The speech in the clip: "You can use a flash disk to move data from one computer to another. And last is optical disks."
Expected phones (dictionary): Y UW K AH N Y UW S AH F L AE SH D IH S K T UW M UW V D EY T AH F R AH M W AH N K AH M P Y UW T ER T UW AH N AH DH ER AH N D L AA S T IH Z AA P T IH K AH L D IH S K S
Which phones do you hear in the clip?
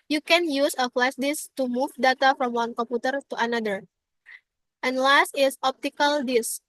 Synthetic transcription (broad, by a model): Y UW K AH N Y UW S AH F L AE S D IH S T UW M UW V D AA T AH F R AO M W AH N K AH M P Y UW T ER T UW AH N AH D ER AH N L AA S T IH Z AA P T IH K AH L D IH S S